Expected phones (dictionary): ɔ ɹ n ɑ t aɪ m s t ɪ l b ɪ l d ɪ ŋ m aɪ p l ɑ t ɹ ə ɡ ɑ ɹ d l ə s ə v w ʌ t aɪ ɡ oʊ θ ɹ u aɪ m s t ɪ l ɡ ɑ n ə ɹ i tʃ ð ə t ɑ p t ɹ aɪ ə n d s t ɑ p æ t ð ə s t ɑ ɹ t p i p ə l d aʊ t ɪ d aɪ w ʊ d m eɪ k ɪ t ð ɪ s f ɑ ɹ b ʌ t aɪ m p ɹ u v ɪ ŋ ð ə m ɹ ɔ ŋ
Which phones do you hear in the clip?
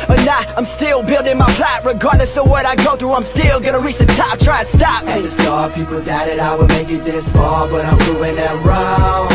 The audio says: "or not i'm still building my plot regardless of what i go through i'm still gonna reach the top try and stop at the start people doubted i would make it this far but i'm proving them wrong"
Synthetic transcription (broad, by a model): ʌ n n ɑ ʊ aɪ m s t ɪ l b ɪ l d ɪ ŋ m aɪ p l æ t ɹ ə ɡ ɑ ɹ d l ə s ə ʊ w ʌ t aɪ ɡ oʊ θ ɹ u aɪ m s t ɪ l ɡ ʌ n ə ɹ i tʃ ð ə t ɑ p t ɹ aɪ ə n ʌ s t ɑ p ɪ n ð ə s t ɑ p i p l d aʊ t ɪ d aɪ w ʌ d m eɪ k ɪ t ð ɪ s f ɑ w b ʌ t aɪ m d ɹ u ɪ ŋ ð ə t ɹ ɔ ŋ